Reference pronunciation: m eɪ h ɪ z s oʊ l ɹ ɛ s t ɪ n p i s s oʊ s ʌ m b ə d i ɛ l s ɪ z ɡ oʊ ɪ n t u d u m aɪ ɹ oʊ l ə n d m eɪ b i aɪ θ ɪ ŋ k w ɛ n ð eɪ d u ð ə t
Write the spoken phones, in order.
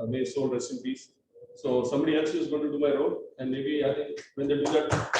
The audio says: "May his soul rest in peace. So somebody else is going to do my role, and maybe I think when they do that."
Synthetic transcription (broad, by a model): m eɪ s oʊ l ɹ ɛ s ɪ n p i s s oʊ s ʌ m b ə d i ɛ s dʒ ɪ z ɡ oʊ ɪ n t u d u m aɪ ɹ oʊ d ə n d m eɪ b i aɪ t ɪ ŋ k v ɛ n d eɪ d u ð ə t